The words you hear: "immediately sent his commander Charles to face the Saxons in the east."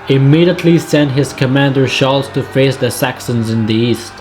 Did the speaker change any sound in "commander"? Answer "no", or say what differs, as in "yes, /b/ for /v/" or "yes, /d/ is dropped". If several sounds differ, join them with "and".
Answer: no